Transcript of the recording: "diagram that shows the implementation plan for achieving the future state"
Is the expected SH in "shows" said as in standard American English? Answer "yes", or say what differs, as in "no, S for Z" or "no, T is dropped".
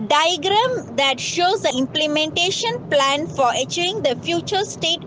yes